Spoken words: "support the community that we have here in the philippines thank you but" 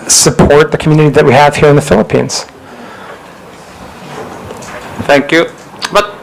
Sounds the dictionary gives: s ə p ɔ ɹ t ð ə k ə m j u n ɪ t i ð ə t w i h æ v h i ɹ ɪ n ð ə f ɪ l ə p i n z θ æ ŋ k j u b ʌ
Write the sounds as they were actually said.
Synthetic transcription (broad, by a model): s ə p ɔ ɹ t ð ə k m j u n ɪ t i ð ə t w i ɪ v h i ɹ ɪ n ð ə f ɪ l ə p i n z θ æ ŋ k j u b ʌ